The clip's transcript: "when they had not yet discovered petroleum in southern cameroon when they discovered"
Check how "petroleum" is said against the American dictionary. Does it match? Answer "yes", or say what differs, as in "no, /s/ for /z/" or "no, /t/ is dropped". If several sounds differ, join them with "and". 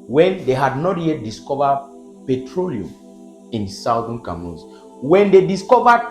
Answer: yes